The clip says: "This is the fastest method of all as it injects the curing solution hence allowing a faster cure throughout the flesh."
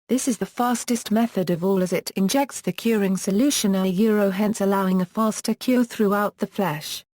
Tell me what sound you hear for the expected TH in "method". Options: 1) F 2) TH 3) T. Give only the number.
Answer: 2